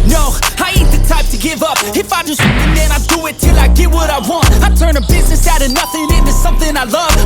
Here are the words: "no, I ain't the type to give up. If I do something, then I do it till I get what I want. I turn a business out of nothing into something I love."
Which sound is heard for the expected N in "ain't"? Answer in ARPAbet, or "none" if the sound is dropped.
none